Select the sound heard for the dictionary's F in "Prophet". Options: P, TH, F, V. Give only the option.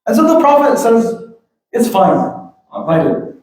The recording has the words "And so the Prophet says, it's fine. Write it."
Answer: F